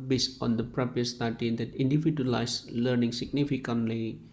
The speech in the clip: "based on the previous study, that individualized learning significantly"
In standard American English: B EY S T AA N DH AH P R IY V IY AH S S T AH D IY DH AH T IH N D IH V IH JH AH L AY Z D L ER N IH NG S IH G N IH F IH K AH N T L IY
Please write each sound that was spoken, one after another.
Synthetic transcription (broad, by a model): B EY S AA N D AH P R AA P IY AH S S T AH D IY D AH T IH N D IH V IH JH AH L AY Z L ER N IH NG S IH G N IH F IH K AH N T L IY